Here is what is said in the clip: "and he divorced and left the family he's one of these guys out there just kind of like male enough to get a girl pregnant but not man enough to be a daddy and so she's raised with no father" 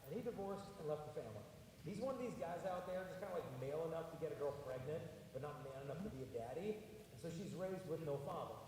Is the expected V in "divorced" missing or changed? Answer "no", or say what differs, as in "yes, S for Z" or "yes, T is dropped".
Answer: no